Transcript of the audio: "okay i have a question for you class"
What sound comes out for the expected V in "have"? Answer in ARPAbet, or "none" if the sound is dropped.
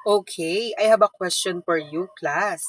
B